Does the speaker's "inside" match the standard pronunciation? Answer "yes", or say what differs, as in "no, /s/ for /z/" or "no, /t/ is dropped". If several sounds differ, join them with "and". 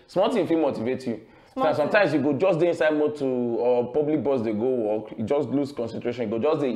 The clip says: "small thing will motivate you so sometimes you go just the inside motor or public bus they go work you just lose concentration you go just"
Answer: yes